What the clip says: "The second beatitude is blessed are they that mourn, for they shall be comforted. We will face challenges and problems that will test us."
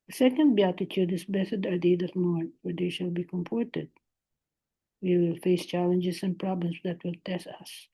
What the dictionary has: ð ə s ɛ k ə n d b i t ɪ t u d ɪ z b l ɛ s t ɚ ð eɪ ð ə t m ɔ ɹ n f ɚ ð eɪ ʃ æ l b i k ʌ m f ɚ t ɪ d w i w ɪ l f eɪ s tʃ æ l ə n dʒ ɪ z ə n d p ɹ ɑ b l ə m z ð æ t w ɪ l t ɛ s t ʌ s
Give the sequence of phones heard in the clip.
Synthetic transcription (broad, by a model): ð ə s ɛ k ə n d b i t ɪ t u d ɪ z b ɛ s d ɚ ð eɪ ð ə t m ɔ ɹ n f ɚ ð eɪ ʃ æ l b i k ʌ m p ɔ t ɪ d w i w ɪ l f eɪ s tʃ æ l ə n dʒ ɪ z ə n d p ɹ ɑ b l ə m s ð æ t w ɪ l t ɛ s t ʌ s